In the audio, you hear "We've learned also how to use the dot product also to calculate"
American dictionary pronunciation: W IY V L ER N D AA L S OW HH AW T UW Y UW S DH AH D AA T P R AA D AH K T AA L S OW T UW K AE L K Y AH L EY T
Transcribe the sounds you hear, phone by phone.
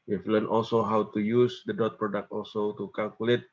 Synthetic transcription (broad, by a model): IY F L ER N AA L S OW HH AW T UW Y UW S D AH D AA T P R AA D AH K T AA L S OW T UW K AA L K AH L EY T